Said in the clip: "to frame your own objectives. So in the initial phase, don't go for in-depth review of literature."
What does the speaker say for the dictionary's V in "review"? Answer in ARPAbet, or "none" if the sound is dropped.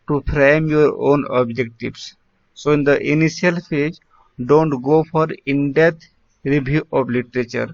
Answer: B